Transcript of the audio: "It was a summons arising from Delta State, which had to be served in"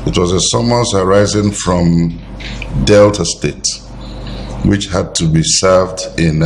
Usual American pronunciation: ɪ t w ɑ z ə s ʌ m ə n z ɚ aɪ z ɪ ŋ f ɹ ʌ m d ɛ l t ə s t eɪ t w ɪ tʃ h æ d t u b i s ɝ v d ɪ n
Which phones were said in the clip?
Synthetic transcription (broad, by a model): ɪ t w ɑ z ə s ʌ m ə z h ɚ aɪ z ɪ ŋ f ɹ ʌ m d ɛ l t ə s t eɪ t w ɪ tʃ h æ d t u b i s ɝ v d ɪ n